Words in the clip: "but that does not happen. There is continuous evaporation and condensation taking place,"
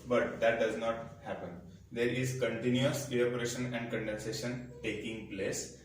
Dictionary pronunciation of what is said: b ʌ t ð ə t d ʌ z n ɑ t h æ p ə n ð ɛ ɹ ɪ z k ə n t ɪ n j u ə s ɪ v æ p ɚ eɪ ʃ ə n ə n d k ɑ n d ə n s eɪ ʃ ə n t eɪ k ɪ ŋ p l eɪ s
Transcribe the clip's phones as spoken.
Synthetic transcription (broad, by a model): b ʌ t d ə t d ʌ z n ɑ t h æ p ə n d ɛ ɹ ɪ z k ə n t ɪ n j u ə s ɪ æ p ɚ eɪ ʃ ə n ə n d k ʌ n d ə n s eɪ ʃ ə n t eɪ k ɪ ŋ p l eɪ s